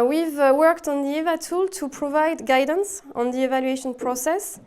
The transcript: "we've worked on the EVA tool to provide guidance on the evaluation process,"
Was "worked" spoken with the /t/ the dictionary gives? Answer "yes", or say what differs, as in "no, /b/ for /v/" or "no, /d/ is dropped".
yes